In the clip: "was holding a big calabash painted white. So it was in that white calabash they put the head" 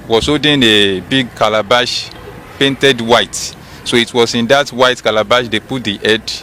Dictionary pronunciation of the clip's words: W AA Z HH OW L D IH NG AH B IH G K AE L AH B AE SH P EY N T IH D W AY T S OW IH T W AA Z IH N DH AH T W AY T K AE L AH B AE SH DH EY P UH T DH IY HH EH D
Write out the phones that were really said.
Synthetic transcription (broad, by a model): W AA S OW D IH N AH B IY G K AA L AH B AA SH P EY N T IH D W AY T S OW IH T W AA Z IH N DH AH T W AY T K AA L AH B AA SH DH EY P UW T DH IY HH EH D